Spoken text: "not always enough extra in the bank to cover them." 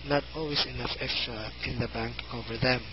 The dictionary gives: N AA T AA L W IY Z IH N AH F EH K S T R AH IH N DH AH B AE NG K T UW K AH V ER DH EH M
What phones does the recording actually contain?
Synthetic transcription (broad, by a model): N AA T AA L W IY S IH N AH F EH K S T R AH IH N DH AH B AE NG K T UW K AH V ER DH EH M